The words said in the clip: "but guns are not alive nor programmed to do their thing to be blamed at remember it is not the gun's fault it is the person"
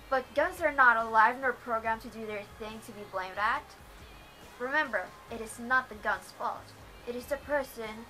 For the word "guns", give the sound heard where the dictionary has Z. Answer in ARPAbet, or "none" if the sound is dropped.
Z